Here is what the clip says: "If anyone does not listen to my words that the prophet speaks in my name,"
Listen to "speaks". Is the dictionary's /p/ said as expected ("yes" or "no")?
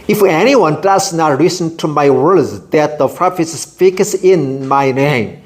no